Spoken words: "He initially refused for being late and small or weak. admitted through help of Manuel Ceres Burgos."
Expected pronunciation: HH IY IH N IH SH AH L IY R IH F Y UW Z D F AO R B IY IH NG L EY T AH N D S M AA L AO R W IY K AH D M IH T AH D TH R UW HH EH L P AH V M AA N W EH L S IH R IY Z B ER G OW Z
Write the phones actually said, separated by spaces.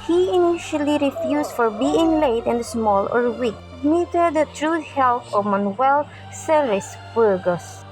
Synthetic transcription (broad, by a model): HH IY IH N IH SH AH L IY R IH F Y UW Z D F AO R B IY IH NG L EY T AH N D S M AA L AO R W IY K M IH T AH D T R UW HH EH L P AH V M AA N W EH L S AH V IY S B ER G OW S